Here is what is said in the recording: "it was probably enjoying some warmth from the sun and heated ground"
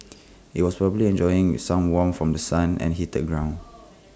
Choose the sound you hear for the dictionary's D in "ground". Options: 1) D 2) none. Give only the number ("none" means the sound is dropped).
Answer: 2